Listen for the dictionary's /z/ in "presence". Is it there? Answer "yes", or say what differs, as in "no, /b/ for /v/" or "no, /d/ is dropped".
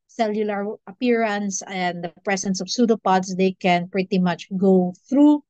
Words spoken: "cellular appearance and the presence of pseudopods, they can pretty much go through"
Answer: no, /s/ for /z/